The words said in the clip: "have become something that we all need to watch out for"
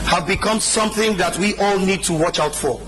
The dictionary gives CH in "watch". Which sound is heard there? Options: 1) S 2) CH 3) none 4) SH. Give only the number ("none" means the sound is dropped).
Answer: 2